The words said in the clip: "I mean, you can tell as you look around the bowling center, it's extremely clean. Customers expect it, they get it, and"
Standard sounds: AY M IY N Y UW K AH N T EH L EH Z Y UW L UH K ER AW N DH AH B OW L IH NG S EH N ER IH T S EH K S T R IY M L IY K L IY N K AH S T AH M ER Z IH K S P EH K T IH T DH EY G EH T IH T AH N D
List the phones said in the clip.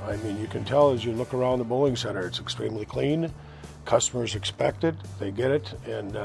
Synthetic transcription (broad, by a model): AY M IY N Y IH K AH N T EH L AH Z Y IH L UH K ER AW N DH AH B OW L IH NG S EH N ER IH T S EH K S T R IY M L IY K L IY N K AH S T AH M ER Z IH K S P EH K T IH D DH EY G EH T IH T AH N